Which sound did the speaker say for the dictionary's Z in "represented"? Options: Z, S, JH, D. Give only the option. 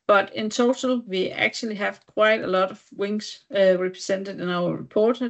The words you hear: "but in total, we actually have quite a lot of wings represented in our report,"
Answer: S